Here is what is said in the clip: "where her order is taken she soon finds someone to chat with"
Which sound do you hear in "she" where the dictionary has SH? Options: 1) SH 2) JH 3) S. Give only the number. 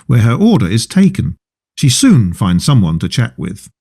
1